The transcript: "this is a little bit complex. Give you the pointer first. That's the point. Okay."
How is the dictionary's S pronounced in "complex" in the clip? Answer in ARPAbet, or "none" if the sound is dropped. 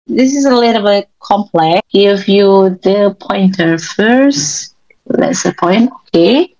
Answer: none